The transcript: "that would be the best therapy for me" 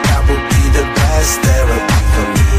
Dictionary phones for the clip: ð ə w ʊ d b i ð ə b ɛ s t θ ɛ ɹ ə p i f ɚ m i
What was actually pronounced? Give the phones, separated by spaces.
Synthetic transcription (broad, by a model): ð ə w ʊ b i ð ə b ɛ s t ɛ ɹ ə i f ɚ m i